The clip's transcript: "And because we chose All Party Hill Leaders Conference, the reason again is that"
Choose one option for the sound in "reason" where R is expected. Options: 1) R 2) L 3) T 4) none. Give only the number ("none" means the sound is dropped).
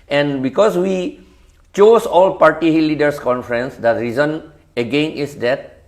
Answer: 1